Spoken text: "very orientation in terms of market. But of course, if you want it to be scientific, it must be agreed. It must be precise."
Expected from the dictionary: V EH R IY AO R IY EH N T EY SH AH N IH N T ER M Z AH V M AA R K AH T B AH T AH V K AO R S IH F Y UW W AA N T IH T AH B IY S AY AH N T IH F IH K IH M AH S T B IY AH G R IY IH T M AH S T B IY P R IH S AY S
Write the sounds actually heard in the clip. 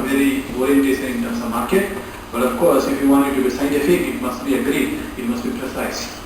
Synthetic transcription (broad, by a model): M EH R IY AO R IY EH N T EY S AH IH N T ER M S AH M AA R K AH T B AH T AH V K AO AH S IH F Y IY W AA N IH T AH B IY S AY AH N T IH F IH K IH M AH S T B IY AH G R IY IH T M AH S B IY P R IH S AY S